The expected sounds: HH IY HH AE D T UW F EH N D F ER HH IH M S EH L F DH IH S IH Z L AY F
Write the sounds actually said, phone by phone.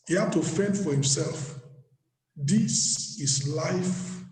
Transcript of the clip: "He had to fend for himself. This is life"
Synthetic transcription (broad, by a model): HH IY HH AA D T UW F EH N D F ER HH IH M S EH L F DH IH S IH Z L AY F